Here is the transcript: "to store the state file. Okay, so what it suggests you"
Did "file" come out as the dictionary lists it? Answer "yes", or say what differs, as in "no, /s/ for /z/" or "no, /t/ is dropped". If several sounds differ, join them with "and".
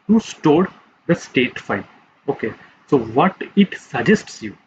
no, /n/ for /l/